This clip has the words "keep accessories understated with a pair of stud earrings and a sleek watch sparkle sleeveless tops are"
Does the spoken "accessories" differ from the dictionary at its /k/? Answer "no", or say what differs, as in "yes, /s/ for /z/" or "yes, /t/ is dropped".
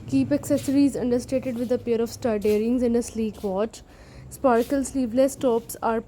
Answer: no